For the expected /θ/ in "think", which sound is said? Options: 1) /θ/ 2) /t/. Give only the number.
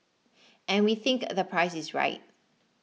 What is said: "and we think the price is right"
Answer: 1